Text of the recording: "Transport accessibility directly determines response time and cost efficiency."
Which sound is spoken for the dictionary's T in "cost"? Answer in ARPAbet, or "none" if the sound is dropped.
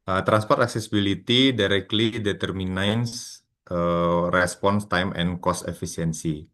T